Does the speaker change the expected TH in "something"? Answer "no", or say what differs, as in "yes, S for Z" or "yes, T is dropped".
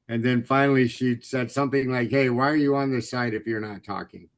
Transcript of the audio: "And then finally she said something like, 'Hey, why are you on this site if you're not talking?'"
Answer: no